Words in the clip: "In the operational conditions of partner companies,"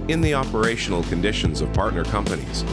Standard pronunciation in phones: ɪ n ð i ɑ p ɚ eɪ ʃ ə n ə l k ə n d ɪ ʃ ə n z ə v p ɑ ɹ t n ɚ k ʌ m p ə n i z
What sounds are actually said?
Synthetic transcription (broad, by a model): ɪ n ð i ɑ p ɚ eɪ ʃ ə n l k ə n d ɪ ʃ ə n z ə v p ɑ ɹ t n ɚ k ʌ m p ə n i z